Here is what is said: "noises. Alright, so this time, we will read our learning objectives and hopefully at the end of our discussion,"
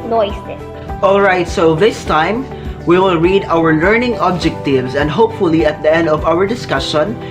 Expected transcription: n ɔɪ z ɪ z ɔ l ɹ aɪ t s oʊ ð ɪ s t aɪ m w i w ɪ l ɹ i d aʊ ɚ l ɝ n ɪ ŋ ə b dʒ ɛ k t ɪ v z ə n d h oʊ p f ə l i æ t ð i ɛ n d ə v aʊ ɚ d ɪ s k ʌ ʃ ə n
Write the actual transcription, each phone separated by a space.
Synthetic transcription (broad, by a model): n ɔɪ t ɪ ɔ l ɹ aɪ t s oʊ ð ɪ s t aɪ m w i w ɪ l ɹ i d aʊ ɚ l ɝ n ɪ ŋ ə b dʒ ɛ k t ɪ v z ə n d h oʊ p f ə l i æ t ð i ɛ n d ə v aʊ ɚ d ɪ s k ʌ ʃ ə n